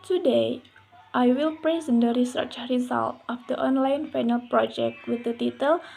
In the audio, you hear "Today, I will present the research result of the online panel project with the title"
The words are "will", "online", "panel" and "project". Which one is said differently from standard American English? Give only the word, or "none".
panel